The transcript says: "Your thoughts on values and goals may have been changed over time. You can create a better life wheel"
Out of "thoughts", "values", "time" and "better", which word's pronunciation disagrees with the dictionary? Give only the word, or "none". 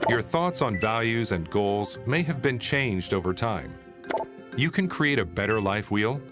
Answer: none